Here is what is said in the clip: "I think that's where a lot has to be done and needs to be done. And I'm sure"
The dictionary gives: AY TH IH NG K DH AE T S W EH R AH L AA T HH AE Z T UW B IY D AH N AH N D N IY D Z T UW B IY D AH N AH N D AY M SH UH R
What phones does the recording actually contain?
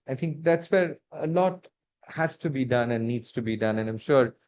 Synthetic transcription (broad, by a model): AY T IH NG K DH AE T S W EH R AH L AA T HH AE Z T UW B IY D AH N AH N D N IY D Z T UW B IY D AH N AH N AY M SH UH R